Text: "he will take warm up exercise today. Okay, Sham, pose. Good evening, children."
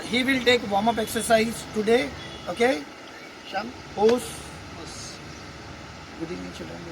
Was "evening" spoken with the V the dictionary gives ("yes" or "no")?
no